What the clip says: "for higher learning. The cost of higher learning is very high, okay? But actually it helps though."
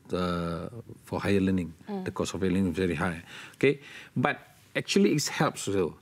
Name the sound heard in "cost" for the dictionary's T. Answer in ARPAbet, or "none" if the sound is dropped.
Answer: none